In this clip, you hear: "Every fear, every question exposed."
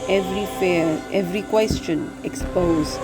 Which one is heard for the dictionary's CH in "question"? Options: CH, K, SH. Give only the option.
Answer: CH